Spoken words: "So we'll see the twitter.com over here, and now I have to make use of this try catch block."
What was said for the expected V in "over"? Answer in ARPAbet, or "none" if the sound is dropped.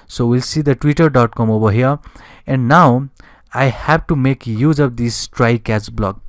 B